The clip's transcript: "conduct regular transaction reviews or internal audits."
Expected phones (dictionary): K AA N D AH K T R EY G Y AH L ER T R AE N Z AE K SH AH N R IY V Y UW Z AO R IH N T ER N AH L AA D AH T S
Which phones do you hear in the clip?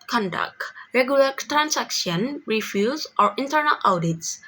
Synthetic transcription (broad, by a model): K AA N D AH K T R EY G Y AH L ER T R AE N S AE K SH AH N R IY F Y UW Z AO R IH N T ER N AH L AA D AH T S